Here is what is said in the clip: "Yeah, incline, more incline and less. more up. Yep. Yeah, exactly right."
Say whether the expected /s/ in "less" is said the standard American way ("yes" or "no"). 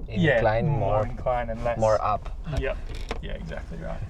no